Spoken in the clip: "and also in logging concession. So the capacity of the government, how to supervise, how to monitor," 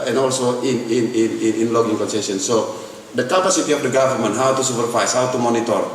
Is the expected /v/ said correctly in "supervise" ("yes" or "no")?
no